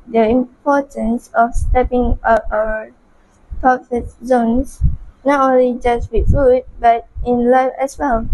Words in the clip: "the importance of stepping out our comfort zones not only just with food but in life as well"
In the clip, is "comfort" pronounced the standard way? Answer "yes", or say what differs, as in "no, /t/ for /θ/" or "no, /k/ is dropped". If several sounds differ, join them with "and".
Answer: no, /m/ is dropped